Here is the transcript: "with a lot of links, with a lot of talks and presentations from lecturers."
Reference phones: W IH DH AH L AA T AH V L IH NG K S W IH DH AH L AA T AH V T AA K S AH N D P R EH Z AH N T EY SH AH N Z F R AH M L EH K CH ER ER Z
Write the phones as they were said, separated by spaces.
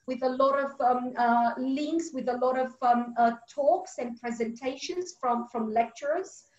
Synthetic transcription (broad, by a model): W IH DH AH L AA T AH V L IH NG K S W IH DH AH L AA T AH V T AA K S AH N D P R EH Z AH N T EY SH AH N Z F R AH M L EH K CH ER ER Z